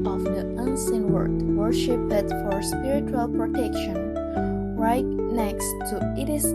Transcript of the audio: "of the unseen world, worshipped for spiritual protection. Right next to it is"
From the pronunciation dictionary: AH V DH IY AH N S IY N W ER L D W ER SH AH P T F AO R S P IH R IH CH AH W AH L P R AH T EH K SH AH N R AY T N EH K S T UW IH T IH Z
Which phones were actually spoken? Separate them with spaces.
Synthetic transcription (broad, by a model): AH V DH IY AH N S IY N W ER D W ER SH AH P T F AO R S P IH R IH CH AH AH L P R AH T EH K SH AH N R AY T N EH K S T UW IH T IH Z